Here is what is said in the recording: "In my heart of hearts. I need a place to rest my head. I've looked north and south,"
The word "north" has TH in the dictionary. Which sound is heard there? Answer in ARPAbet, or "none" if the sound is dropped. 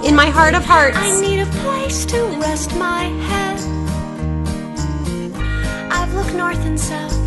TH